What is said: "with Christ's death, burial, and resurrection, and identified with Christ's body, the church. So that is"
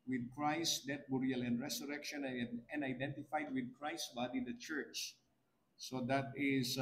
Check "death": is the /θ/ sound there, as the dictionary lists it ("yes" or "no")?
no